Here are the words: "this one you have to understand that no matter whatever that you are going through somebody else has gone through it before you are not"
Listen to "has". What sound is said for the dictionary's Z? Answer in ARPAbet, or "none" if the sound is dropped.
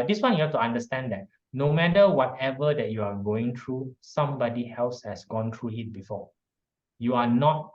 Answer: S